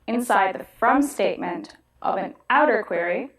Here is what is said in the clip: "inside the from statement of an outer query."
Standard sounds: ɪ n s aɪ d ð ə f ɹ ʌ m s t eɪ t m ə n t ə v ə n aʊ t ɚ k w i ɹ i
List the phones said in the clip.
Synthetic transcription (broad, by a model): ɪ n s aɪ d ð ə f ɹ ʌ m s t eɪ t m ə n t ə v ə n aʊ t ɚ k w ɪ ɹ i